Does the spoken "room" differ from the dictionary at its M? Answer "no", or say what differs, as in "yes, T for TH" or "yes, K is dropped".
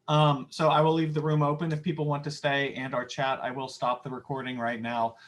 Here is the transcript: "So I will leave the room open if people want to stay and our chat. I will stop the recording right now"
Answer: no